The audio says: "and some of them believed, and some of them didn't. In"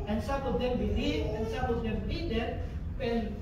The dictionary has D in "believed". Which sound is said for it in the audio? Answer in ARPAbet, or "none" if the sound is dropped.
none